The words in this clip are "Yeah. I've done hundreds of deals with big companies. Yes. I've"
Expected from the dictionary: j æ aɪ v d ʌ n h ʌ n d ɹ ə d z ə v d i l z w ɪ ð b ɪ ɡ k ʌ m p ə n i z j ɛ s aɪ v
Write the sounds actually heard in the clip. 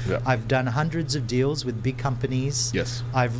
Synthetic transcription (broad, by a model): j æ aɪ v d ʌ n h ʌ n d ɹ ə d z ə v d i l z w ɪ ð b ɪ ɡ k ʌ m p ə n i z j ɛ s aɪ v